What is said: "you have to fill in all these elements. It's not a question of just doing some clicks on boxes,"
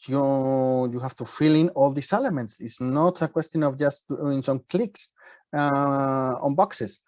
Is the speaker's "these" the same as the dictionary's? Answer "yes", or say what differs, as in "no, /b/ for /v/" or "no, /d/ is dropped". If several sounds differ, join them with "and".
no, /s/ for /z/